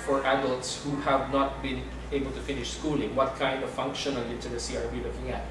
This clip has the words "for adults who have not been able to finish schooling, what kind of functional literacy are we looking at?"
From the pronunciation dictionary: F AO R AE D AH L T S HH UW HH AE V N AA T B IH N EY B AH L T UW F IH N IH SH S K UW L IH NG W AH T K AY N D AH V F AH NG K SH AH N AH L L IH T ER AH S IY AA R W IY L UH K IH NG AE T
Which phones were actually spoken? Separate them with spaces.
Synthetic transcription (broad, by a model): F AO R AE D AH L T S HH UW HH AE V N AA T B IH N EY B AH L T UW F IH N IH SH S K UW L IH NG W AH T K AY N D AH V F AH NG K SH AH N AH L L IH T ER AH S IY AA R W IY L UH K IH NG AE T